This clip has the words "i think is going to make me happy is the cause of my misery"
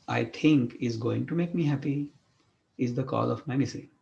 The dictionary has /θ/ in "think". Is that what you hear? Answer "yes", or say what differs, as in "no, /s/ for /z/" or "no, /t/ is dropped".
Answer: no, /t/ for /θ/